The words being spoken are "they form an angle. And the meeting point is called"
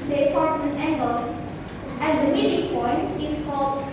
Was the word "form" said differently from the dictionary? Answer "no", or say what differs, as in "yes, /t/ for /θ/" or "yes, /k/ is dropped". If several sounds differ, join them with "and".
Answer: yes, /m/ is dropped